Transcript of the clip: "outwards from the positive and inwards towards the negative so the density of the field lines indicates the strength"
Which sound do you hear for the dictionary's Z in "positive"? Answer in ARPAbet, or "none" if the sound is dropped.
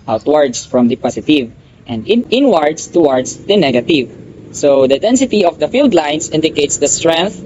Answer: S